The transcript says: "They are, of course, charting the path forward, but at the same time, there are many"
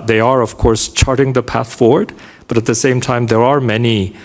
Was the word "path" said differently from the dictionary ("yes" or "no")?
no